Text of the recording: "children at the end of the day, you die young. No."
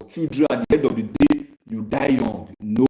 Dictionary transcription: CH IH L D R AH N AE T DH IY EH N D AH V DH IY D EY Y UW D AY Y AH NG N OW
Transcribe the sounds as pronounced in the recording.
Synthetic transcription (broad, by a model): CH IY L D R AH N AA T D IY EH D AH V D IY D EY Y UW D AY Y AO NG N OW